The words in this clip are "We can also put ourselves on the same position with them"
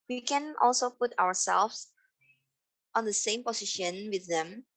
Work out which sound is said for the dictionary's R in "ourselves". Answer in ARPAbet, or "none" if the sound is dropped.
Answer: W